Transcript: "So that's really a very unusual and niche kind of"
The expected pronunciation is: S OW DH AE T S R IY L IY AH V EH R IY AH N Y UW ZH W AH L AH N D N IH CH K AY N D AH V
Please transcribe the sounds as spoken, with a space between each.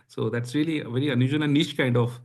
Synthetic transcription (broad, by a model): S OW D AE T S R IY L IY AH V EH R IY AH N Y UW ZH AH N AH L N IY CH K AY N D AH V